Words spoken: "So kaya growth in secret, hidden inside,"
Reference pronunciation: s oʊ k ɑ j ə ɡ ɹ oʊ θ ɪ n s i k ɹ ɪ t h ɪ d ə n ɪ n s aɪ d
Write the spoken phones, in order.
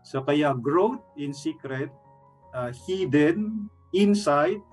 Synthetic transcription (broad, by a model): s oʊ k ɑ j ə ɡ ɹ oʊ t ɪ n s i k ɹ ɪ t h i d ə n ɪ n s aɪ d